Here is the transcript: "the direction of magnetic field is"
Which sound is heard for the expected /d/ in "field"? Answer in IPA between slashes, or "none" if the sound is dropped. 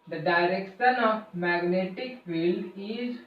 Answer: none